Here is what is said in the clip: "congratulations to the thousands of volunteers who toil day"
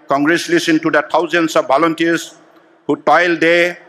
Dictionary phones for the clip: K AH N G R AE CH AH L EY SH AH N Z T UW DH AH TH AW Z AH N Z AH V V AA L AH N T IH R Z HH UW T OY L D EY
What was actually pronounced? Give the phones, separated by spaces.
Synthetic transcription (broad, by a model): K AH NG G R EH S L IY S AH N T UW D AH T AW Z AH N S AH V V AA L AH N T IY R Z HH UW T OY L D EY